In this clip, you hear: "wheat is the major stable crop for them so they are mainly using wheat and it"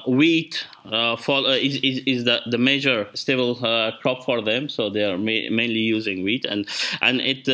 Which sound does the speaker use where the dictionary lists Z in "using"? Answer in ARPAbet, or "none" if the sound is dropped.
Z